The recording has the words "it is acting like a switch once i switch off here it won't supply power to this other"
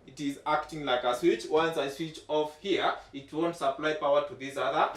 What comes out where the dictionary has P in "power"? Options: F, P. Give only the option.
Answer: P